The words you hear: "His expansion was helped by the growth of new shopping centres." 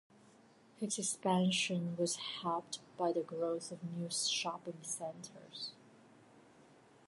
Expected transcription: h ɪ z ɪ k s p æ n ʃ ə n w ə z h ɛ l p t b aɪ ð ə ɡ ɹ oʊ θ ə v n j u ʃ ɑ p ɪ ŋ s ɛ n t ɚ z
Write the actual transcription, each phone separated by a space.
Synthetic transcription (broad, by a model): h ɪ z ɪ k s p æ n ʃ ə n w ə z h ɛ p t b aɪ ð ə ɡ ɹ oʊ θ ə v n j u ʃ ɑ p ɪ ŋ s ɛ n t ɚ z